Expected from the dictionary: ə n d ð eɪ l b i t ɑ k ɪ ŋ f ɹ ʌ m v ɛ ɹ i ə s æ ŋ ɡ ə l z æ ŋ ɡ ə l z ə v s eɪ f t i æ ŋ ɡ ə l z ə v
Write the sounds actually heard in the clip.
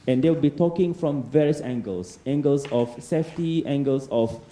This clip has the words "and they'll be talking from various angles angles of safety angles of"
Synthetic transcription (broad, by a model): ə n d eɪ w b i t ɑ k ɪ ŋ f ɹ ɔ m v ɛ ɹ i ə s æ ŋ ɡ ə l s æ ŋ ɡ ə l s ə f s eɪ f t i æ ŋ ɡ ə l s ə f